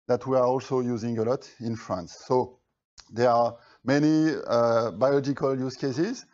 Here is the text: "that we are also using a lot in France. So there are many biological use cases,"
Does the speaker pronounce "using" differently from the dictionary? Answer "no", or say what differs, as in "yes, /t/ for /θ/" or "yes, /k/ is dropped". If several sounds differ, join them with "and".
no